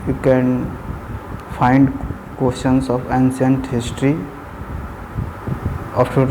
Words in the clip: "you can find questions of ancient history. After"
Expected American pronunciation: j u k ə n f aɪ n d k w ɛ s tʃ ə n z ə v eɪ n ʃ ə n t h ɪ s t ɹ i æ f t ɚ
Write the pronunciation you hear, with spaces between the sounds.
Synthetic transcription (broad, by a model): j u k ə n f aɪ n d k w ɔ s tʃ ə n s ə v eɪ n s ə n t h ɪ s t ɹ i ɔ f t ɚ